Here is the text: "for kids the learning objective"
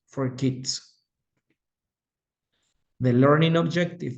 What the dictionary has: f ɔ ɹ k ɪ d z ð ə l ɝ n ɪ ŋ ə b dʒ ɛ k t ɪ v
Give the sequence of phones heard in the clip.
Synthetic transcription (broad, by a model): f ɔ ɹ k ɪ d s ð ə l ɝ n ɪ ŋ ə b dʒ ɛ k t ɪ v